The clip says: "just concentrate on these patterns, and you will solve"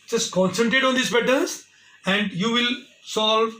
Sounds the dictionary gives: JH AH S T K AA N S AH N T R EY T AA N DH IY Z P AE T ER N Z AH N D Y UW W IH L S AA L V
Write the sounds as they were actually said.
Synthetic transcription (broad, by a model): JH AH S T K AA N S AH N T R EY T AA N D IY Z B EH T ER Z AH N D Y UW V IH L S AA L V